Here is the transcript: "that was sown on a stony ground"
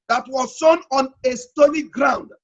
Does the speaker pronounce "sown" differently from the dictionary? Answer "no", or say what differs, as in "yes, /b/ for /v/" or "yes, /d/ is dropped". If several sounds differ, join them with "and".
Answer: no